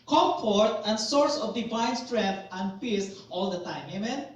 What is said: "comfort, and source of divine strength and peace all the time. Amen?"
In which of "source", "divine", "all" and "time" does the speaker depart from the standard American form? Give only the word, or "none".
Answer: divine